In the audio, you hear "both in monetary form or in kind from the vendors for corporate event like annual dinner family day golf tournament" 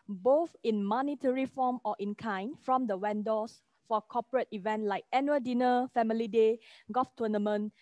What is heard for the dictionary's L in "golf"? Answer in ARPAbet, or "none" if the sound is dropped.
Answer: none